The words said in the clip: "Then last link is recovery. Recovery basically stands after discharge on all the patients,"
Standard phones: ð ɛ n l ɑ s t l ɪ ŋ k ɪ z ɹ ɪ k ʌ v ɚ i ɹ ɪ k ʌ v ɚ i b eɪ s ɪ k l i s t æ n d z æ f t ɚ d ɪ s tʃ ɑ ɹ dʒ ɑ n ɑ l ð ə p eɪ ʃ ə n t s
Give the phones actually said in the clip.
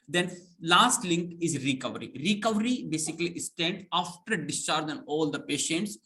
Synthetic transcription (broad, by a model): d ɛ n l ɑ s t l ɪ ŋ k ɪ z ɹ ɪ k ʌ v ɚ i ɹ ɪ k ʌ v ɚ i b eɪ s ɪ k l i s t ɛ n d ɑ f t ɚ d ɪ s tʃ ɑ ɹ dʒ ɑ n ɑ l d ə p eɪ ʃ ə n t s